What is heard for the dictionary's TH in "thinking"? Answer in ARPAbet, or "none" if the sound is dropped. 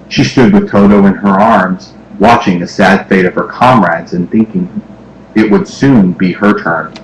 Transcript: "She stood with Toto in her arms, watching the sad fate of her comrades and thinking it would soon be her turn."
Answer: TH